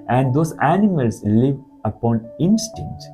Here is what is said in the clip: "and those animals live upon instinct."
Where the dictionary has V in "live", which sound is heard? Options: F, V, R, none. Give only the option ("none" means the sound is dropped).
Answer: V